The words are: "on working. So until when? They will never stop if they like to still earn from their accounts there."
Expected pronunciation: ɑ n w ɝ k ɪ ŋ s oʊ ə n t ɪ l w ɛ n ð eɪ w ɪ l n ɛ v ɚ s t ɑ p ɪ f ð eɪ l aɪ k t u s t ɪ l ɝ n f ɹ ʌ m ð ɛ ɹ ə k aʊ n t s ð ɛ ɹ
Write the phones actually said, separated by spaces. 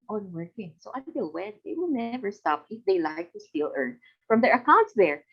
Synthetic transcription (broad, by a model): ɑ n w ɝ k ɪ ŋ s oʊ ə t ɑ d w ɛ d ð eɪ w ɪ l n ɛ v ɚ s t ɑ p ɪ f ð eɪ l aɪ k t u s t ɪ l ɝ n f ɹ ʌ m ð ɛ ɹ ə k aʊ n t s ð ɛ ɹ